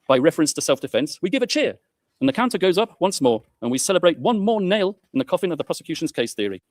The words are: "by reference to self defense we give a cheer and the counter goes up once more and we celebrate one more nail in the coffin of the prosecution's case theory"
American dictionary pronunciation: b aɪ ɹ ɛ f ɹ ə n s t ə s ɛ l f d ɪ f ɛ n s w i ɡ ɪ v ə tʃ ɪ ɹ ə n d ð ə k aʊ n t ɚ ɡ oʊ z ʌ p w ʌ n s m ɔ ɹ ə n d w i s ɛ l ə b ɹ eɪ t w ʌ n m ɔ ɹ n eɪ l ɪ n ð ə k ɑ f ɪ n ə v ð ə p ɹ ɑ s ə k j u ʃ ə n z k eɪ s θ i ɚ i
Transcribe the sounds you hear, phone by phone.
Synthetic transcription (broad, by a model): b aɪ ɹ ɛ f ɹ ə n s t ə s ɛ l f d ɪ f ɛ n s w i ɡ ɪ v ə tʃ ɪ ɹ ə n ð ə k aʊ n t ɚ ɡ oʊ z ʌ p w ʌ n s m ɔ ɹ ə n w i s ɛ l ə b ɹ eɪ t w ʌ n m ɔ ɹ n eɪ l ɪ n ð ə k ɑ f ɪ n ə v ð ə p ɹ ɑ s ə k j u ʃ ə n z k eɪ s θ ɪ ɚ i